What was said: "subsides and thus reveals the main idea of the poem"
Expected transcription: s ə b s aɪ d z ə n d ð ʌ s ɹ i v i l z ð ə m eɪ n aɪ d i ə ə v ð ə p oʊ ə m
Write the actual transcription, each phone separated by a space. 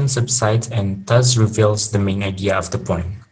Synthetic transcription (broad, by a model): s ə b s aɪ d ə n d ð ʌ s ɹ i v i l z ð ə m eɪ n aɪ d i ə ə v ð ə p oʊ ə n